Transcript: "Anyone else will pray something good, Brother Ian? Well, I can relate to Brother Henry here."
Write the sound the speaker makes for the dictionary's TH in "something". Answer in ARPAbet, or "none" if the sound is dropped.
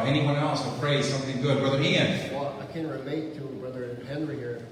TH